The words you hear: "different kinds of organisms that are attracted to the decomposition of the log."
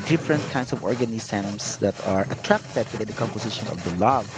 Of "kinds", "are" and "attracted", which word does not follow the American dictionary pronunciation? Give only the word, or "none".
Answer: kinds